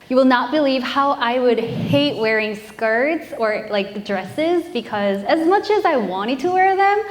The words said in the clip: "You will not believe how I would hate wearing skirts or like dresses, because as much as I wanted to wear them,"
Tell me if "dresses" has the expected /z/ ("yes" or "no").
yes